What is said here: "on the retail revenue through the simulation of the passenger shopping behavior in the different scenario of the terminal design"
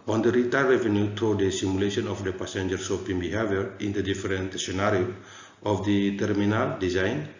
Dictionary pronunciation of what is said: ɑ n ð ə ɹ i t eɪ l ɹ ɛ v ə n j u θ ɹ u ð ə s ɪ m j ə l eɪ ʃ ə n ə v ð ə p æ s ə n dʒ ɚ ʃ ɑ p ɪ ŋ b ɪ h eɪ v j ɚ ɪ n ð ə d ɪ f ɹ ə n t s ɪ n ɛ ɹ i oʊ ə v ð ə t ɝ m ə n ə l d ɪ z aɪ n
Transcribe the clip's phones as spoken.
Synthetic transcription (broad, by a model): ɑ n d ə ɹ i t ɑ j ɹ ɛ v ə n j u t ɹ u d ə s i m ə l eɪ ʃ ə n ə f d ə p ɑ s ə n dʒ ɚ s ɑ p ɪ ŋ b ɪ h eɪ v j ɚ ɪ n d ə d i f ɹ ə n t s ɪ n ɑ ɹ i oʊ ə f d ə t ɝ m ə n ə l d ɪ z aɪ n